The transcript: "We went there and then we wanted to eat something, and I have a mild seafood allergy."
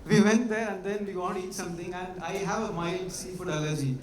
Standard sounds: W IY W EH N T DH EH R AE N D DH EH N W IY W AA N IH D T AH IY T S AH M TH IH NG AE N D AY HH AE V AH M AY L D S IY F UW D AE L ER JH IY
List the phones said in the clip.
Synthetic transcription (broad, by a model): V IY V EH N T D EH R AE N D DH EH N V IY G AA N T IY T S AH M T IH NG AE N D AY HH AE V AH M AY L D S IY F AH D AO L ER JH IY